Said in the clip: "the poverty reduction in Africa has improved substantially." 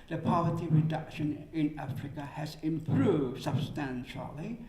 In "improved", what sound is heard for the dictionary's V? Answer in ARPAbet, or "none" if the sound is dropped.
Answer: V